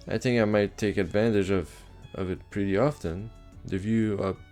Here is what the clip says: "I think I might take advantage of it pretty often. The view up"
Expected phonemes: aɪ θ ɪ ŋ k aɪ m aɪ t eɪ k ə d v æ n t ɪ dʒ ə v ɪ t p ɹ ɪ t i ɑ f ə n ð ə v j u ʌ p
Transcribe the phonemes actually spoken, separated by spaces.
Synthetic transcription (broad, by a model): aɪ θ ɪ ŋ k aɪ m aɪ t eɪ k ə d v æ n t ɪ dʒ ə v ɪ t p ɹ ɪ t i ɑ f ə n ð ə v j u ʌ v